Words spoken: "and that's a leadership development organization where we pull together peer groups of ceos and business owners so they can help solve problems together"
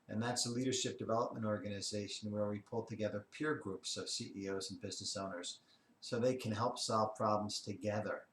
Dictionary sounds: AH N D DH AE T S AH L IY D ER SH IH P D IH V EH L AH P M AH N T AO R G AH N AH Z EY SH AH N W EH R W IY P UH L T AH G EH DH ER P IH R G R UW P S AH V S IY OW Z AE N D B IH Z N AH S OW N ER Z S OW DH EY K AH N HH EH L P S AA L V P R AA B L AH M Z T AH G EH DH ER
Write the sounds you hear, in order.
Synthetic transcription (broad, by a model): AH N DH AE T S AH L IY D ER SH IH P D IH V EH L AH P M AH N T AO R G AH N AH Z EY SH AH N W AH R W IY P UH L T AH G EH DH ER P IH R G R UW P S AH V S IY OW Z N B IH Z N AH S OW N ER Z S OW DH EY K AH N HH EH L P S AA L V P R AA B L AH M Z T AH G EH DH ER